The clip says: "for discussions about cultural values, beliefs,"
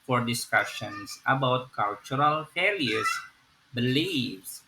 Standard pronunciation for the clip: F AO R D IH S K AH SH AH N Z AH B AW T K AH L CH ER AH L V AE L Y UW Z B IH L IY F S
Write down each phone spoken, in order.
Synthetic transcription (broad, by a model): F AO R D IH S K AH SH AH N S AH B AW T K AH L CH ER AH L F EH L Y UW S B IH L IY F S